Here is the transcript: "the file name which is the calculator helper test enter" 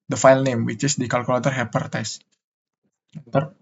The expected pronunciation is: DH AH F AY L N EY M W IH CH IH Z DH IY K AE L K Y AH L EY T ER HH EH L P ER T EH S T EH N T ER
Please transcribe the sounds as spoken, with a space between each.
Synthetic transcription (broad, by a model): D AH F AY L N EY M W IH CH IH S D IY K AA L K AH L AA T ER HH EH P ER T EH S EH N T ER